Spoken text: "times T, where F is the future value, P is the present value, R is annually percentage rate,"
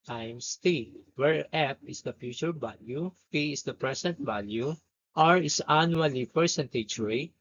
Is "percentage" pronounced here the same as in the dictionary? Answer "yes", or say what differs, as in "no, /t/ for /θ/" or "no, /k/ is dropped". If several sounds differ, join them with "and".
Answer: no, /tʃ/ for /dʒ/